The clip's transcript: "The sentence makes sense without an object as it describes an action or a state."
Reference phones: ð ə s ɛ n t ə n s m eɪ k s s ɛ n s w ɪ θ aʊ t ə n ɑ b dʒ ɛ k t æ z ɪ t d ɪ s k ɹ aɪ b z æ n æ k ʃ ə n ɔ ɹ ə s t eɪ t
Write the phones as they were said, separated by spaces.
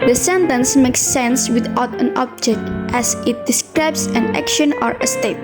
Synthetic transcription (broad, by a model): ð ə s ɛ n t ə n s m eɪ k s s ɛ n s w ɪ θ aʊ t ə n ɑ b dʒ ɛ k t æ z ɪ t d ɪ s k ɹ aɪ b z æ n æ k ʃ ə n ɔ ɹ ə s t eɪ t